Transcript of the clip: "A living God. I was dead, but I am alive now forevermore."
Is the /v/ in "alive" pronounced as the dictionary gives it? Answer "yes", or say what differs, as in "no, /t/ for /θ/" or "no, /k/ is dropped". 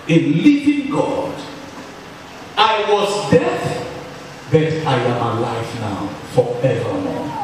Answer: no, /f/ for /v/